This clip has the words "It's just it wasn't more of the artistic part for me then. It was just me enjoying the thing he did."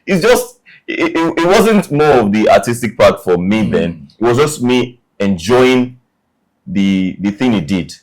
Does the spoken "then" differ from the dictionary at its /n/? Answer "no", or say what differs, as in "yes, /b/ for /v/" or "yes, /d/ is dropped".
no